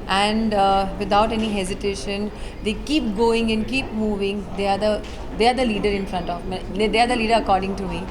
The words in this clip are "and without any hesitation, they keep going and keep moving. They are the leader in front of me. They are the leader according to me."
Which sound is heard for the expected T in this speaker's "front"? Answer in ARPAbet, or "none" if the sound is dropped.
T